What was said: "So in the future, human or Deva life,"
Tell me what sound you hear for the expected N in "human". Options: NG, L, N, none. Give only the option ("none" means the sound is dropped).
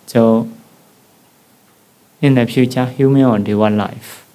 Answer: none